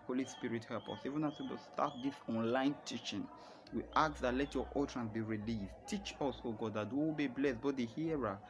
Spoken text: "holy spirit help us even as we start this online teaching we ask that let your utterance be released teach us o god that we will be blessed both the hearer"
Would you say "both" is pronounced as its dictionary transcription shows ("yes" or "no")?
no